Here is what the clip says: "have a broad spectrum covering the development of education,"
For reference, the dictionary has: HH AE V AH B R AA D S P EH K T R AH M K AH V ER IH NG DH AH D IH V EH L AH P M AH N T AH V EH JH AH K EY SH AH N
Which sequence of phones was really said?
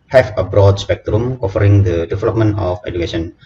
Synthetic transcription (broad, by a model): HH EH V AH B R AA D S P EH K T R AH M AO F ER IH NG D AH D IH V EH L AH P M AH N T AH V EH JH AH K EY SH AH N